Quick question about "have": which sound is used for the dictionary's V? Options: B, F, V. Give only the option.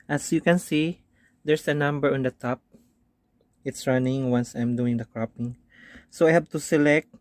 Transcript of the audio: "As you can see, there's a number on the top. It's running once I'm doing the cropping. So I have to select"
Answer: B